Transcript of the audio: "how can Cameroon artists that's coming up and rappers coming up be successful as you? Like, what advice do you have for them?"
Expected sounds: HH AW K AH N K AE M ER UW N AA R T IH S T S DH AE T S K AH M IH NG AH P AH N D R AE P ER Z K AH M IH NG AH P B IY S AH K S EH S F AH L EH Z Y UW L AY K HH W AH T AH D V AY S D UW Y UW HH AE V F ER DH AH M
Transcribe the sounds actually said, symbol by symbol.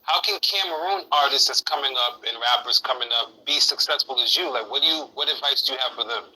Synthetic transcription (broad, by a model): HH AW K AH N K AE M ER UW N AA R T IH S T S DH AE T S K AH M IH NG AH P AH N R AE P ER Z K AH M IH NG AH P B IY S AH K S EH S F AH L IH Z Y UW L AY K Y W AH T AH D V AY S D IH Y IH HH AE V F ER DH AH M